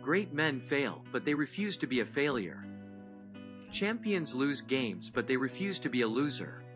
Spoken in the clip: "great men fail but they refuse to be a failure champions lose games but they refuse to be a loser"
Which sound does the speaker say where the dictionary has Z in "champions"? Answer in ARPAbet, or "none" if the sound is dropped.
Z